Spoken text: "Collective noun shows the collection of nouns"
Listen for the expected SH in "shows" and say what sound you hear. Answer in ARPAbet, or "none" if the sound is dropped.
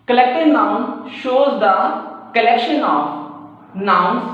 SH